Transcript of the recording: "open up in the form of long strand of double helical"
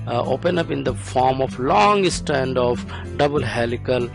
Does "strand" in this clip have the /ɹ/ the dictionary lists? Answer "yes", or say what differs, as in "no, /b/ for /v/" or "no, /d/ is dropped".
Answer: no, /ɹ/ is dropped